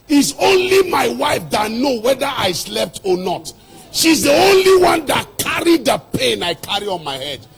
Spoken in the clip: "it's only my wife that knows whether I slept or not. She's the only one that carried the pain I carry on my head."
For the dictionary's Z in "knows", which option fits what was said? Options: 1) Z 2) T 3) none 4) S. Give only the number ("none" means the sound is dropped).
3